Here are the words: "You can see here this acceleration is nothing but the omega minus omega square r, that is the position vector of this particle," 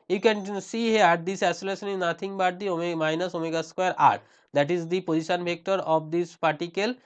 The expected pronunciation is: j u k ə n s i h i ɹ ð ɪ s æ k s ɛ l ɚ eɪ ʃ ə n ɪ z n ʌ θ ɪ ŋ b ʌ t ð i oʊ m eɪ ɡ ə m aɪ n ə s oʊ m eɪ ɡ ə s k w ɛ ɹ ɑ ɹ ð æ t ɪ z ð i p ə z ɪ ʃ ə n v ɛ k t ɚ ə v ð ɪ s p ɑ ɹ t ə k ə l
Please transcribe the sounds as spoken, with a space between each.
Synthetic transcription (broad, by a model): j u k ə n s i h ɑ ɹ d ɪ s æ s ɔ l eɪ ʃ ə n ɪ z n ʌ t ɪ ŋ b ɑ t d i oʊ m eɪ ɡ m aɪ n ə s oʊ m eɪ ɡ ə s k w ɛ ɹ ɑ ɹ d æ t ɪ z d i p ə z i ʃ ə n b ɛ k t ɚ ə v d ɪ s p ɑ ɹ t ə k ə l